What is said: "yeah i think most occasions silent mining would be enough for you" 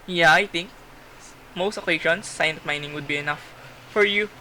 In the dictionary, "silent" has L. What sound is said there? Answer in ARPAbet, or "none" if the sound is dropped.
N